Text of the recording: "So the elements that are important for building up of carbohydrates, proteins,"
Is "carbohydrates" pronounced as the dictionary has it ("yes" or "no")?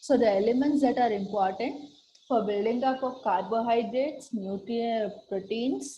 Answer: yes